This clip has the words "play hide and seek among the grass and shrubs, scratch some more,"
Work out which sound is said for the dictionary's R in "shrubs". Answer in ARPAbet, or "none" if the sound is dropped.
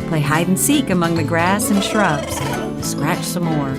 R